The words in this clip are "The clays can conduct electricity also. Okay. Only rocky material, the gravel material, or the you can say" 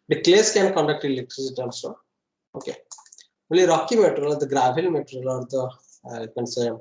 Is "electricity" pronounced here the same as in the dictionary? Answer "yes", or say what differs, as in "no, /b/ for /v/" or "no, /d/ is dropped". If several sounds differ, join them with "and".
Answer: no, /k/ is dropped